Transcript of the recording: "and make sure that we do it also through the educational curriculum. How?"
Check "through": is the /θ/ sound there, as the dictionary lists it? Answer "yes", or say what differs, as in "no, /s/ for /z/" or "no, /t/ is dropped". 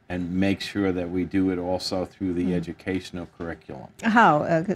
yes